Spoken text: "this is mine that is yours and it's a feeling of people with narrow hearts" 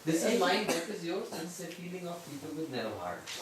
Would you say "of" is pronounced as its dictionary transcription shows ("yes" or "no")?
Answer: no